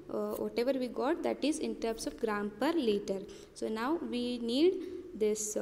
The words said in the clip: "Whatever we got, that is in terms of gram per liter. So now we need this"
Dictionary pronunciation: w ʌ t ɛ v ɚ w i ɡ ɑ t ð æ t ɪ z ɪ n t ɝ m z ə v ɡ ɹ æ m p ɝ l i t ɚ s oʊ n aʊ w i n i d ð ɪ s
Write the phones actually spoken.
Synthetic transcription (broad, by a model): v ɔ t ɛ v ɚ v i ɡ ɑ t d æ t ɪ z ɪ n t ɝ m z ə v ɡ ɹ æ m p ɝ l i t ɚ s oʊ n aʊ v i n i d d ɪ s